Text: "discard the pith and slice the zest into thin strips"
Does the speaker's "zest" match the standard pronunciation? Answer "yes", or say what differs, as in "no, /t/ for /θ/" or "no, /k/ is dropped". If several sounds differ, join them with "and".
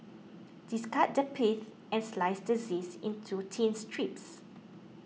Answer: no, /t/ is dropped